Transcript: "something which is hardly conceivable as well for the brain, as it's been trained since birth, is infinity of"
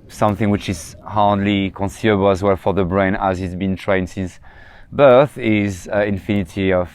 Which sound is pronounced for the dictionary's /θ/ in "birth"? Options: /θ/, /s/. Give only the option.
/θ/